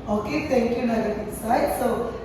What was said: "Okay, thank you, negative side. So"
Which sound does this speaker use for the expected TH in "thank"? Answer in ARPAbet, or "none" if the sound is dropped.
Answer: T